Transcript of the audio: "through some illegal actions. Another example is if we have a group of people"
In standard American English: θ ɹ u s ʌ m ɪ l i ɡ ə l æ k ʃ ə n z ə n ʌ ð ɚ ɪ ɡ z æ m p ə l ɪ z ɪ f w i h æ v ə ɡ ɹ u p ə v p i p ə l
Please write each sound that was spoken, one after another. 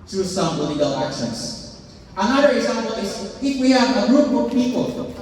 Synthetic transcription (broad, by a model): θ ɹ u s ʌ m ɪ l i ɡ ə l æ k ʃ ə n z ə n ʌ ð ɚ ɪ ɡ z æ m p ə l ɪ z ɪ f w i h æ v ə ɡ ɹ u b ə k p i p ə l